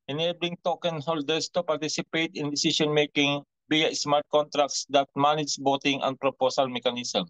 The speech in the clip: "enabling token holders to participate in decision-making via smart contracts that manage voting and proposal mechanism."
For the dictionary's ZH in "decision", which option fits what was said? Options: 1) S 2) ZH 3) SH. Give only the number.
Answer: 1